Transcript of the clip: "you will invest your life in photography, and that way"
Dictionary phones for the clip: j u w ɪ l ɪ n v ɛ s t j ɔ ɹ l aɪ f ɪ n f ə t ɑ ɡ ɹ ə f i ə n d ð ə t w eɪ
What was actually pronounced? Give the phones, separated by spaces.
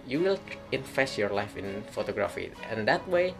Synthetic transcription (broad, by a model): j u w ɪ l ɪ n f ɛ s j ɔ ɹ l aɪ f ɪ n f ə t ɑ ɡ ɹ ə f i ə n d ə t w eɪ